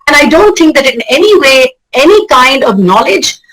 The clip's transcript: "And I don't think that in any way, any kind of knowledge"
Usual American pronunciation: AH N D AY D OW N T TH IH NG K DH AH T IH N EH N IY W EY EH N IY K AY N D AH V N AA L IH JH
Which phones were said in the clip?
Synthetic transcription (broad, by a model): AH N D AY D OW N T T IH NG K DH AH T IH N EH N IY W EY EH N IY K AY N D AH V N AA L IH JH